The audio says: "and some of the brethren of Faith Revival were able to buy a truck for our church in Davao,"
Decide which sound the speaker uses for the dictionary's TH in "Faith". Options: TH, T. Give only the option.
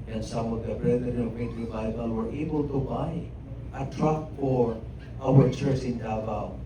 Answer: T